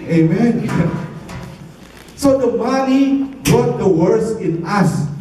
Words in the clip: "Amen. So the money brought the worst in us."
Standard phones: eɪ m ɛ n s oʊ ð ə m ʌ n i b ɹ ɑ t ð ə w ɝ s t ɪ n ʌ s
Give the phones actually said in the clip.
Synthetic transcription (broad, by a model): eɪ m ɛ n s oʊ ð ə m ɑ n i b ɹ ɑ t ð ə w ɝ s ɪ n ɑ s